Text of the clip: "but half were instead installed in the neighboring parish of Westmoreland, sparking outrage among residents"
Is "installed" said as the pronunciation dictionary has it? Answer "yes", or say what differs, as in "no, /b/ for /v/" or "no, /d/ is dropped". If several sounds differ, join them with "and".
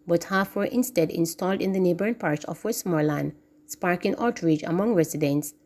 yes